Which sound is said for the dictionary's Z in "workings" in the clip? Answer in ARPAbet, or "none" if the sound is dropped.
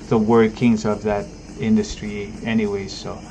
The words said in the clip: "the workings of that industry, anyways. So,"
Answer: Z